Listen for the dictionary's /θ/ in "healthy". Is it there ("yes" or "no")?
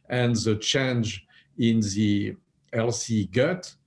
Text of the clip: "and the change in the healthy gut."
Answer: no